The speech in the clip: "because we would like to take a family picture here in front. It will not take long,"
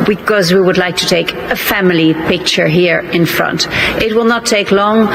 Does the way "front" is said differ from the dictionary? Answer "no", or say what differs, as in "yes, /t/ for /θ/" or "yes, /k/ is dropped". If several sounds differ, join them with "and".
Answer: no